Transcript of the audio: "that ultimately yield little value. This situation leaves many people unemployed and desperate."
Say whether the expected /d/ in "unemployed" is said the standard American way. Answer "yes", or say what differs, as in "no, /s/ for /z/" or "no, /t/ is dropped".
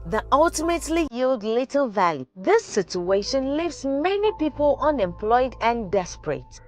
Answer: yes